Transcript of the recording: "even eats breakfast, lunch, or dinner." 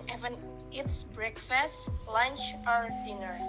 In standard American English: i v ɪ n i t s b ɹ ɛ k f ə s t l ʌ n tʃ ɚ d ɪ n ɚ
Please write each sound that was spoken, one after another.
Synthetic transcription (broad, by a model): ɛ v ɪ n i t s b ɹ ɛ k f ə s t l ʌ n tʃ ɚ d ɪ n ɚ